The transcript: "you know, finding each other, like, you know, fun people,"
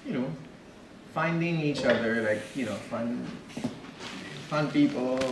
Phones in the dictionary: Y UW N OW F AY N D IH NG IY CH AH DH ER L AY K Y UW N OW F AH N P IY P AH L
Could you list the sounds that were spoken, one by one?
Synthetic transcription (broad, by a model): Y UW N OW F AY N D IH NG IY CH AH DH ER L AY K Y UW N OW F AH N P IY P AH L